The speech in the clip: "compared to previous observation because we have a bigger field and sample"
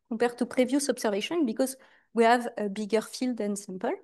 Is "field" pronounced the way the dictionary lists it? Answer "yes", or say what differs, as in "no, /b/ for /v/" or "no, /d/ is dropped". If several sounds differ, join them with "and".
yes